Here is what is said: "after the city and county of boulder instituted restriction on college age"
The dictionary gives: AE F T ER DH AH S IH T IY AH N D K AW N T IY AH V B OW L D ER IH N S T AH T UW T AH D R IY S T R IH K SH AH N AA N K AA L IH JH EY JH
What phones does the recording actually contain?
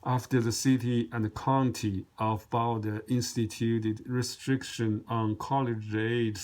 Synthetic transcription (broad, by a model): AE F T ER DH AH S IH T IY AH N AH K AW N T IY AH V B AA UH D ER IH N S T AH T UW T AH D R IY S T R IH K SH AH N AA N K AA L IH JH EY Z